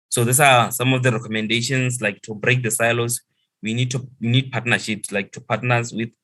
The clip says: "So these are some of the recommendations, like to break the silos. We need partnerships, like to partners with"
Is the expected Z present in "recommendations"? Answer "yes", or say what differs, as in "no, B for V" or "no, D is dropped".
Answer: no, S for Z